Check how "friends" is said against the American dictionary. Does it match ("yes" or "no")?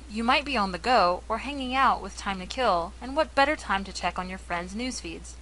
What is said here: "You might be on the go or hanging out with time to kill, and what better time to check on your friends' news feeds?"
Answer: yes